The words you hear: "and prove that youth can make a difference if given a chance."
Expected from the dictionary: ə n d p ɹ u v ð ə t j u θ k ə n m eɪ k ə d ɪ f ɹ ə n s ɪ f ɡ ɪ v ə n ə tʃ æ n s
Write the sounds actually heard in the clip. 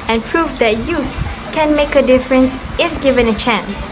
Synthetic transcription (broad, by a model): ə n p ɹ u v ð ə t j u s k ə n m eɪ k ə d ɪ f ɹ ə n s ɪ f ɡ ɪ v ə n ə tʃ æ n s